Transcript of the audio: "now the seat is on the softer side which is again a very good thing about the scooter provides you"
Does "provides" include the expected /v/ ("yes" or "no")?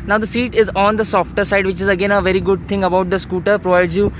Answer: yes